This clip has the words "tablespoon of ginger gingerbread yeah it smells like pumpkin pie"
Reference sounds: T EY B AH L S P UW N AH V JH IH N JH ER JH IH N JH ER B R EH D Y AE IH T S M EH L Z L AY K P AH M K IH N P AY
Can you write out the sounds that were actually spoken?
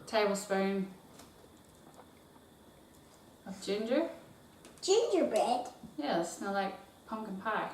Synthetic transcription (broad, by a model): T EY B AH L S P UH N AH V JH IH N JH ER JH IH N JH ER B EH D Y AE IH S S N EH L L AY K P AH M K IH N P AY